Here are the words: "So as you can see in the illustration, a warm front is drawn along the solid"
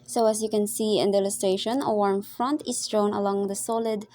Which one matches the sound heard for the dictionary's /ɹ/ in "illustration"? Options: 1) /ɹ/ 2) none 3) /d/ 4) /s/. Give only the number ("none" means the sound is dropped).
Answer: 2